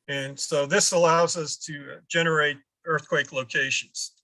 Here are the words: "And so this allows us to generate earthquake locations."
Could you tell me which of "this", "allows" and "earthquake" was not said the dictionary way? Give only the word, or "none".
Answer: none